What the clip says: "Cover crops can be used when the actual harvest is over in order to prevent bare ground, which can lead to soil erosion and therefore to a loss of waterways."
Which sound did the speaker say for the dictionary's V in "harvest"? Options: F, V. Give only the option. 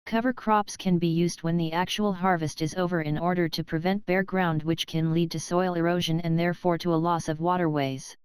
V